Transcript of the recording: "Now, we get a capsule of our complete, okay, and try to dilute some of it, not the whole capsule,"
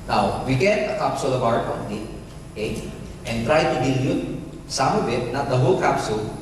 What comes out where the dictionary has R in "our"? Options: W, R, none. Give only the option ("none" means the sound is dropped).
W